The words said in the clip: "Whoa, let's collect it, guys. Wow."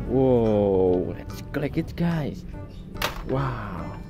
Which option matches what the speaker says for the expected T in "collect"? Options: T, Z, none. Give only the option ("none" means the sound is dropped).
none